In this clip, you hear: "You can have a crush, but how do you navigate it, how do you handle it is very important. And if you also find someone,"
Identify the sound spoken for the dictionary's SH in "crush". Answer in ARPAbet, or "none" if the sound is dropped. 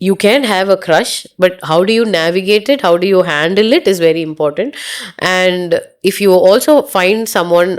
SH